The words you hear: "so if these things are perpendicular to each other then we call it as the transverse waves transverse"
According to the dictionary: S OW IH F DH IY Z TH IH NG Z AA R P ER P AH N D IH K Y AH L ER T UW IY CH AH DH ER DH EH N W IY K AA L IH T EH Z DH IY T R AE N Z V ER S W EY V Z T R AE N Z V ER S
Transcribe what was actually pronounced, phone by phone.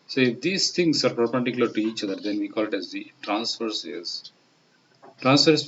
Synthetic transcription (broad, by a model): S OW IH F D IY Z T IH NG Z AA R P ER P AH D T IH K Y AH L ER T UW IY CH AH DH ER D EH N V IY K AA L IH T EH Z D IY T R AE N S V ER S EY Z T R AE N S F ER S